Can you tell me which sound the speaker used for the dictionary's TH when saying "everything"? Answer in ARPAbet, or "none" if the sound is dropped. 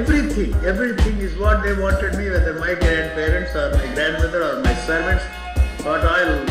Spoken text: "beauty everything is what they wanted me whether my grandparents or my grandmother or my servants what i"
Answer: T